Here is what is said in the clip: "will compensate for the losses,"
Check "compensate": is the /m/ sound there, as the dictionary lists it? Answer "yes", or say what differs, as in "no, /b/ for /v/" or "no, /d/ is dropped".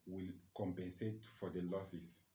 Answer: yes